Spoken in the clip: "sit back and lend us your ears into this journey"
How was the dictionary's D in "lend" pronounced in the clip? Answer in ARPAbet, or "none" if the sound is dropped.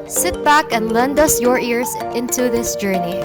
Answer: D